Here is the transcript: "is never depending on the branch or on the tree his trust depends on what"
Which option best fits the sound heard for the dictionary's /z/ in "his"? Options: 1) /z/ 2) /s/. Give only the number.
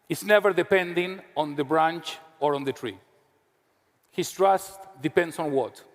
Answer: 2